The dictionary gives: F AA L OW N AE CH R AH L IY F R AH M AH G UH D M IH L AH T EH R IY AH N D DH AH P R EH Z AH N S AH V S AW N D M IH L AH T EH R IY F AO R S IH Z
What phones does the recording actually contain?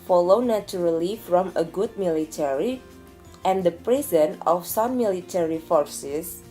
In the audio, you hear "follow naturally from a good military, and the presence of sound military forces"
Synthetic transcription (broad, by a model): F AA L OW N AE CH R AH L IY F R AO M AH G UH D M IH L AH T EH R IY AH N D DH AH P R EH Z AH N AH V S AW M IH L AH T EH R IY F AO R S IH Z